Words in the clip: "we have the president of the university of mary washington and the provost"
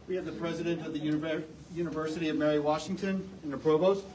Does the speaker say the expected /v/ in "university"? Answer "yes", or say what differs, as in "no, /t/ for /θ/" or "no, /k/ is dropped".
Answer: yes